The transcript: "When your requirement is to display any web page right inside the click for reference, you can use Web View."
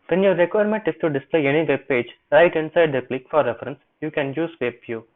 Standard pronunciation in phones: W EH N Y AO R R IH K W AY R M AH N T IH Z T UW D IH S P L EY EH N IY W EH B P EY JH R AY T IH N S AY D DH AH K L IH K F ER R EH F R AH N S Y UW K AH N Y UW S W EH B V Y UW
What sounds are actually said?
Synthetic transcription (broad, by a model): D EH N Y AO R R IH K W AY R M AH N T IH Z T UW D IH S P L EY EH N IY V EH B P EY JH R AY T IH N S AY D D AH K L IH K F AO R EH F R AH N S Y UW K AH N Y UW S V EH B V Y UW